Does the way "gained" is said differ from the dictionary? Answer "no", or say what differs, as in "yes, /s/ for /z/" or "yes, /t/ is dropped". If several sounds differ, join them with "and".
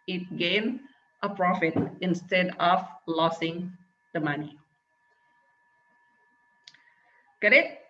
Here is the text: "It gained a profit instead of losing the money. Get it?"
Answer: yes, /d/ is dropped